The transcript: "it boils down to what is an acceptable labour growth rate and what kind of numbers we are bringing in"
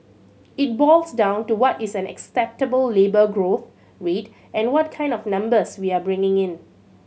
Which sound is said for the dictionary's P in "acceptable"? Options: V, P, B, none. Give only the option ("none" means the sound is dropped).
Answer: P